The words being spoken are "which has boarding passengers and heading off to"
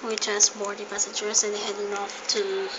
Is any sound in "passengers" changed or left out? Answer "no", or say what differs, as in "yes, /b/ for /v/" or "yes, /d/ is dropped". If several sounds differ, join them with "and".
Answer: yes, /n/ is dropped